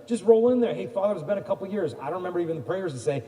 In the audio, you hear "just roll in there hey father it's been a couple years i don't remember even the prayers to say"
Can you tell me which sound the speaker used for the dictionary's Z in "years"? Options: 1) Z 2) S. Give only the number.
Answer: 1